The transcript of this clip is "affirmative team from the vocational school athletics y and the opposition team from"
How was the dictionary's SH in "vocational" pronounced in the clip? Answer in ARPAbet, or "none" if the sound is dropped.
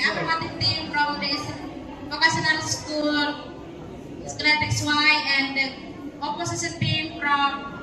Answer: S